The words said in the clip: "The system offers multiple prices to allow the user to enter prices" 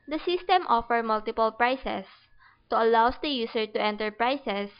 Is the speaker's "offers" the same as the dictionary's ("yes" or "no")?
no